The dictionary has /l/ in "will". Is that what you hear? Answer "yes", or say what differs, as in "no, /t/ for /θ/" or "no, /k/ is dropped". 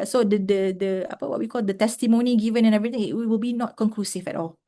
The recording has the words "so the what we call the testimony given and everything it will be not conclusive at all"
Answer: yes